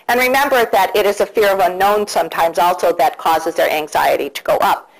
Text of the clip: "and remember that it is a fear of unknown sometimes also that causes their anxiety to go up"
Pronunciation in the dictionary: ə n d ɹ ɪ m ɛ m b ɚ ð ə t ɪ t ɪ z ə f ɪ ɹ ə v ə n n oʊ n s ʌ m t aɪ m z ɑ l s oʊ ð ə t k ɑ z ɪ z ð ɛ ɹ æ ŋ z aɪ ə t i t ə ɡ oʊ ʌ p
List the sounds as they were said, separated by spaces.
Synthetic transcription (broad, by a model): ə n ɹ ɪ m ɛ m b ɚ ð ə t ɪ t ɪ z ə f ɪ ɹ ə v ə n n oʊ n s ʌ m t aɪ m z ɑ l s oʊ ð ə t k ɑ z ɪ z ð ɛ ɹ æ ŋ z aɪ ə t i t ə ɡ oʊ ʌ p